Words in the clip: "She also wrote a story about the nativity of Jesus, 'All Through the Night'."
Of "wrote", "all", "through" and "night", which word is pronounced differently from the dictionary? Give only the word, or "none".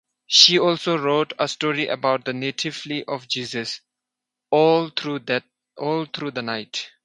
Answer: through